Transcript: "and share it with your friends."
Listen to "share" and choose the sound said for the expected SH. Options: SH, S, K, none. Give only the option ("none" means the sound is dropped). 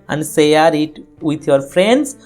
S